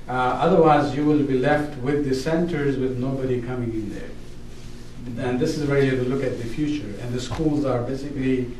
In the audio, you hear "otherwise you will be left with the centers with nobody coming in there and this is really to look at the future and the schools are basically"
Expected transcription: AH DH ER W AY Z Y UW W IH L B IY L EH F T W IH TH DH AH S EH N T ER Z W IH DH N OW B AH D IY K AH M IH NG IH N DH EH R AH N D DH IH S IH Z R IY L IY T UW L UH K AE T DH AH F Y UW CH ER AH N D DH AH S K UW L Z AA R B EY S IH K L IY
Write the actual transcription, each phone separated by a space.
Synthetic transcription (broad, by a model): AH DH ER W AY Z Y UW W IH L B IY L EH F T W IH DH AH S EH N T ER Z W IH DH N OW B AH D IY K AH M IH NG IH N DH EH R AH N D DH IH S IH Z W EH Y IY T UW L UH K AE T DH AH F Y UW CH ER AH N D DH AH S K UW L Z AA R B EY S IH K L IY